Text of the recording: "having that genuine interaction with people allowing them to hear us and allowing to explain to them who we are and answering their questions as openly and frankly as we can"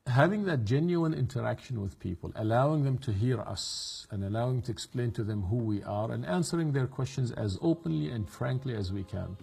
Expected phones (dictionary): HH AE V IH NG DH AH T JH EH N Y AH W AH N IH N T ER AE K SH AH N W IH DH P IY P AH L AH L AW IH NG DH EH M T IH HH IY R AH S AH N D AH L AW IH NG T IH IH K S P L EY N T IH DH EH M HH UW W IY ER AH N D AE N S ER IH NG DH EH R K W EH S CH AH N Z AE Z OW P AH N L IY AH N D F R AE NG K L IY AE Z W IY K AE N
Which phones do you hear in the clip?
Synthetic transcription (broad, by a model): HH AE V IH NG DH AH T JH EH N Y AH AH N IH N T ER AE K SH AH N W IH DH P IY P AH L AH L AW IH NG DH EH M T IH HH IY R AH S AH N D AH L AW IH NG T IH IH K S P L EY N T IH DH EH M HH UW W IY ER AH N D AE N S ER IH NG DH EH R K W EH S CH AH N Z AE Z OW P AH N L IY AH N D F R AE NG K L IY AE Z W IY K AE N